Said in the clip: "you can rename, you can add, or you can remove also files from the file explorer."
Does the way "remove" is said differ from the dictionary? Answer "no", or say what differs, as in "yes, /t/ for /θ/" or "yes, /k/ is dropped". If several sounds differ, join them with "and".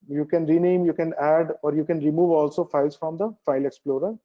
no